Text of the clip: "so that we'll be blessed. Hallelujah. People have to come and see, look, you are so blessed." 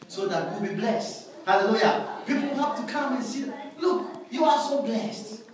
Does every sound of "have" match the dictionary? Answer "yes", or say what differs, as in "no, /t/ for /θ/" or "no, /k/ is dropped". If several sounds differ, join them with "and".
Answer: no, /p/ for /v/